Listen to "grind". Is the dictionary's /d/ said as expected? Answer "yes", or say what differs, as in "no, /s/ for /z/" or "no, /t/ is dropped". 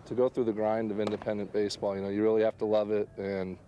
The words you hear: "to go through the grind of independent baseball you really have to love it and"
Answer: yes